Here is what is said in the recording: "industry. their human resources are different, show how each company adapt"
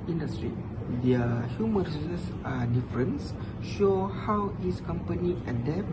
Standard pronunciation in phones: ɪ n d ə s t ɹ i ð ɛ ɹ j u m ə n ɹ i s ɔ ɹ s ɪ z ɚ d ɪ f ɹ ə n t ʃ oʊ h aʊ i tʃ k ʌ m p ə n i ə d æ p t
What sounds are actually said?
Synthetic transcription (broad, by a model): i n d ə s t ɹ i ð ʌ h j u m ə n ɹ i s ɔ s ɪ s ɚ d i f ɹ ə n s ʃ oʊ h aʊ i s k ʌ m p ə n i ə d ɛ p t